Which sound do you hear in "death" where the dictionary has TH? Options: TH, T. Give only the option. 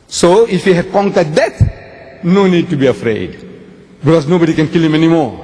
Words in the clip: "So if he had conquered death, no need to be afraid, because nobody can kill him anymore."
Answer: T